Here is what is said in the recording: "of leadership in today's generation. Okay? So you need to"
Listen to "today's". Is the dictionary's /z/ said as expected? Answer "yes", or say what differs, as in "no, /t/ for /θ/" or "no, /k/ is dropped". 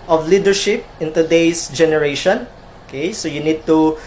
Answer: no, /s/ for /z/